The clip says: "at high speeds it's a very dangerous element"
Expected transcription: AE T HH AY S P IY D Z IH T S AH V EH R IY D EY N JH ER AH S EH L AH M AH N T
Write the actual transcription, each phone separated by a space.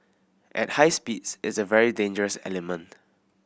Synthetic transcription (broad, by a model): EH T HH AY S P IY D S IH T S AH V EH R IY D EY N JH ER AH S EH L AH M AH N T